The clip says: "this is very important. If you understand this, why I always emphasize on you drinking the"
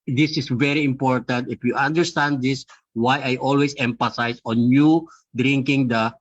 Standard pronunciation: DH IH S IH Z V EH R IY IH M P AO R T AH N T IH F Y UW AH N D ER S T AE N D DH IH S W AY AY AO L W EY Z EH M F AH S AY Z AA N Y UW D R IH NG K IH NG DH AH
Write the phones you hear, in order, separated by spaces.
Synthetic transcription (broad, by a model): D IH S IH S V EH R IY IH M P AO R T AH N T IH F Y UW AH N D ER S T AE N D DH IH S W AY AY AO L W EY S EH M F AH S AY S AA N Y UW D R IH NG K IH NG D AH